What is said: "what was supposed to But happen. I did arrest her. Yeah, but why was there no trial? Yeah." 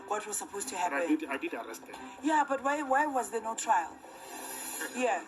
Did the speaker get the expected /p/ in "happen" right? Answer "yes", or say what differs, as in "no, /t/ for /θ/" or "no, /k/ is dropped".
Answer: no, /p/ is dropped